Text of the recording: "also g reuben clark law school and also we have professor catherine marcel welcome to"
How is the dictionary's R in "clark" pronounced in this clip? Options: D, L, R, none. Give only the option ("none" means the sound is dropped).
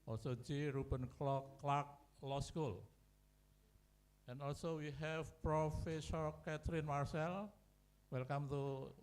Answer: L